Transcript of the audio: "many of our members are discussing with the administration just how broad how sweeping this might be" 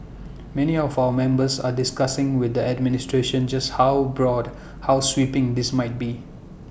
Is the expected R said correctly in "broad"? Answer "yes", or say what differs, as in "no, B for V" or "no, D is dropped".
yes